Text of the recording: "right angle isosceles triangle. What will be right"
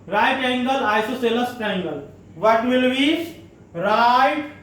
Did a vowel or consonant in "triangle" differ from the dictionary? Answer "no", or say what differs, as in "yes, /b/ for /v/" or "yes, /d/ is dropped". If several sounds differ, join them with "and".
yes, /ɹ/ is dropped